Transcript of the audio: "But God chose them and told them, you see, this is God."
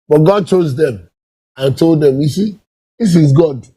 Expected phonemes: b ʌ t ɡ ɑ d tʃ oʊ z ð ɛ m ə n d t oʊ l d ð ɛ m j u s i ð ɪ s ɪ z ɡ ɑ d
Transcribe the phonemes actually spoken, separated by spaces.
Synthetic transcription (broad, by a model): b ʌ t ɡ ɑ d tʃ oʊ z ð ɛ m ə n t oʊ l d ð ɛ m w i s i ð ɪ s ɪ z ɡ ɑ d